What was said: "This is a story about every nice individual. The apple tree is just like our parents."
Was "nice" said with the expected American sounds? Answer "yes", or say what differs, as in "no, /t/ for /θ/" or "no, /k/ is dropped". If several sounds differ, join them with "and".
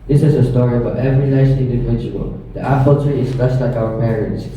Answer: no, /l/ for /n/